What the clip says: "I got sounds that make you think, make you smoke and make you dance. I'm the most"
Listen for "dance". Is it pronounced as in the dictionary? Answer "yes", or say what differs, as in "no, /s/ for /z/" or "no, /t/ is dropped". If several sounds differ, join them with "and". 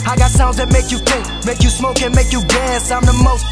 no, /n/ is dropped